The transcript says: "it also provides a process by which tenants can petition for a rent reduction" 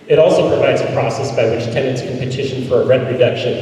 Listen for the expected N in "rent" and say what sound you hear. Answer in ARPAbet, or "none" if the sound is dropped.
none